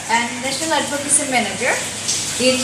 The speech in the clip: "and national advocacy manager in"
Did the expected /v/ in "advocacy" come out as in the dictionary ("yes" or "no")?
no